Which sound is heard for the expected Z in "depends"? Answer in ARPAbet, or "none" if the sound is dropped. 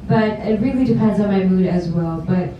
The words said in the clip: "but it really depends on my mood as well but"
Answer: Z